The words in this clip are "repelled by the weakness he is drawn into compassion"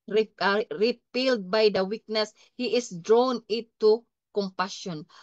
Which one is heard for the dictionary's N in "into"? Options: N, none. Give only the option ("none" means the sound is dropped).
none